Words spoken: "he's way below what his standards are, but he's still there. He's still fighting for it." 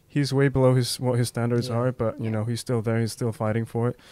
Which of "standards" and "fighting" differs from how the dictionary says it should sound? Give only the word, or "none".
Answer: none